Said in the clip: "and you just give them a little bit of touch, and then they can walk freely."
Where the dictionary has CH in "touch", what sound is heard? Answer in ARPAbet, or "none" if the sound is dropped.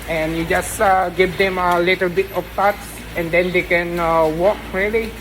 S